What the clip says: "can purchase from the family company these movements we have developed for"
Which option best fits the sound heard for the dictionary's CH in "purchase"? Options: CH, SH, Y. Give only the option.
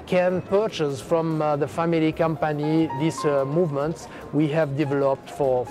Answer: CH